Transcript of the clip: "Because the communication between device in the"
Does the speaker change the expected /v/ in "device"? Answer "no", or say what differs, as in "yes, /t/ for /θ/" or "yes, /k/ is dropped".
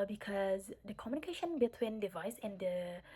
no